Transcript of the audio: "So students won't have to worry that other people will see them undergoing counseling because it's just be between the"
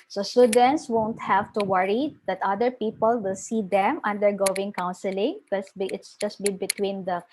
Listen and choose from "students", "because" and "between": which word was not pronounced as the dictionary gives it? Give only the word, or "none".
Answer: because